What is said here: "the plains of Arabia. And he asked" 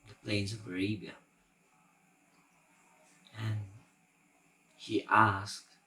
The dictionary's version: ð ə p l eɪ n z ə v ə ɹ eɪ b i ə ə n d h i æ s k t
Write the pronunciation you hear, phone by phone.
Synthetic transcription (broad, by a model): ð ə p l eɪ n z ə v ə ɹ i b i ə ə n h i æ s k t